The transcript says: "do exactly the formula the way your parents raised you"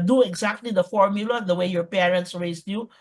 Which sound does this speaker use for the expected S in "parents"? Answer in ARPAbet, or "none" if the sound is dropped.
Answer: S